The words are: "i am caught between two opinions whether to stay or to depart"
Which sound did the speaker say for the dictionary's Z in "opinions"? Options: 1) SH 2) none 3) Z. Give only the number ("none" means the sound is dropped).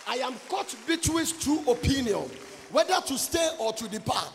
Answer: 2